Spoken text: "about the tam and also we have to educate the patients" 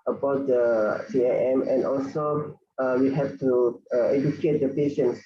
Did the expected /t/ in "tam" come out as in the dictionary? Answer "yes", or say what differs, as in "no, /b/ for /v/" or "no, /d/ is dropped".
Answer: no, /s/ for /t/